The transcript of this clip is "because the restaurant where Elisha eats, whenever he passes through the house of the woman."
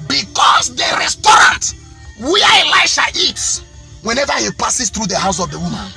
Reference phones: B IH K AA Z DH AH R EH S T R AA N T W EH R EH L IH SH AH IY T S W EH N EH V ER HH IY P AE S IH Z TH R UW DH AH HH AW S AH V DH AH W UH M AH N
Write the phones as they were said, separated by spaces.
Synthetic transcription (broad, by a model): B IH K AA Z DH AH R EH S T R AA N T W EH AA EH L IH SH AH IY T W EH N EH V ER HH IY P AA S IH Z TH R UW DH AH HH AW S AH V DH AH W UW M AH N